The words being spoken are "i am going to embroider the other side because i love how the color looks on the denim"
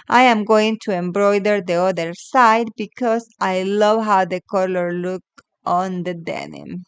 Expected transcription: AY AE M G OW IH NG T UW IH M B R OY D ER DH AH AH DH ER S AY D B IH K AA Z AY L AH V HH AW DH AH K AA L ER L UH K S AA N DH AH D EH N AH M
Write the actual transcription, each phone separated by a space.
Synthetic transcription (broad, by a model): AY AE M G OW IH NG T UW IH M B R OY D ER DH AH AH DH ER S AY D B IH K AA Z AY L AH V HH AW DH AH K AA L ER L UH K AA N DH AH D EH N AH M